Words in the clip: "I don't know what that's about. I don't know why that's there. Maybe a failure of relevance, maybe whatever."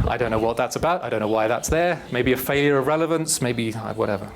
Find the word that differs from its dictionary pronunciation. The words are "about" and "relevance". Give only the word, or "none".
none